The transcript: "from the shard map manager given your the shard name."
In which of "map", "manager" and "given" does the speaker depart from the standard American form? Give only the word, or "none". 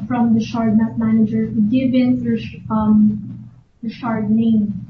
map